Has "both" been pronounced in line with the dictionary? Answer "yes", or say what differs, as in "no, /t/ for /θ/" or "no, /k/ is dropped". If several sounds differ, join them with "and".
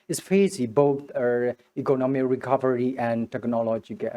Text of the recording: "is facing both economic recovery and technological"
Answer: no, /t/ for /θ/